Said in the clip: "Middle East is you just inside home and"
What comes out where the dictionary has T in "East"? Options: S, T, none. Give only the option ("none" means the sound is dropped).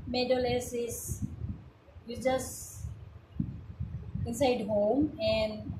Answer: none